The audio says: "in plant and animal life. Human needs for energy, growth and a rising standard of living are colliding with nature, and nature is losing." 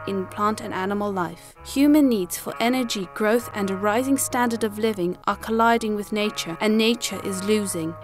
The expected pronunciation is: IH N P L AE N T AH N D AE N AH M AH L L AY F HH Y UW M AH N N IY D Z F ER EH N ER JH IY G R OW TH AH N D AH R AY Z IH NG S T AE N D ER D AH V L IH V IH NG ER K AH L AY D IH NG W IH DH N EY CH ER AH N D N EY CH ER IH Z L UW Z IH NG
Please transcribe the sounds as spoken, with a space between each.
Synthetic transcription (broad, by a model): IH N P L AE N T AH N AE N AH M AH L L AY F HH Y UW M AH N N IY D Z F ER EH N ER JH IY G R OW TH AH N AH R AY Z IH NG S T AE N D ER D AH V L IH V IH NG ER K AH L AY D IH NG W IH DH N EY CH ER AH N N EY CH ER IH Z L UW Z IH NG